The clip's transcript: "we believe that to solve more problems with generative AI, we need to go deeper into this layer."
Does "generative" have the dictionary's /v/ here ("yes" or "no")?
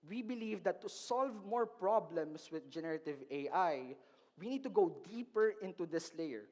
yes